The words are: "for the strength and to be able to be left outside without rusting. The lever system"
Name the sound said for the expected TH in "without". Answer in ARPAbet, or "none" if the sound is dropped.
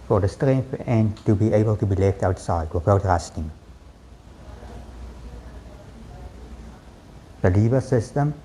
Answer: F